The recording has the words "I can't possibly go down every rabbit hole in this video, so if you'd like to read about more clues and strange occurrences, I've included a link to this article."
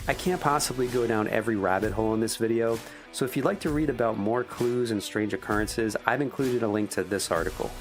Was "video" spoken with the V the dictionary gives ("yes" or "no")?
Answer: yes